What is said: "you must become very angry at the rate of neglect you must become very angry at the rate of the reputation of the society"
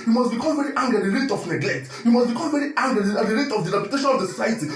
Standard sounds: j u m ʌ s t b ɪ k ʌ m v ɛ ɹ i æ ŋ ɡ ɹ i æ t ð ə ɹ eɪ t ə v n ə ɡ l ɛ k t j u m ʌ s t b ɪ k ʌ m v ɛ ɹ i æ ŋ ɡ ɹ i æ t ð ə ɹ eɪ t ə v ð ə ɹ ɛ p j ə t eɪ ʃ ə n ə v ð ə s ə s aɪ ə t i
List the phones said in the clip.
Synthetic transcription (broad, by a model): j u m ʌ s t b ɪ k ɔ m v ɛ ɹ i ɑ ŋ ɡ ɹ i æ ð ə ɹ eɪ t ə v n ə ɡ l ɛ k t j u m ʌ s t b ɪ k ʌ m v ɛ ɹ i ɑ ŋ ɡ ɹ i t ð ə ɹ eɪ t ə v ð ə ɹ ɛ p j ə t eɪ ʃ ə n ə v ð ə s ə s aɪ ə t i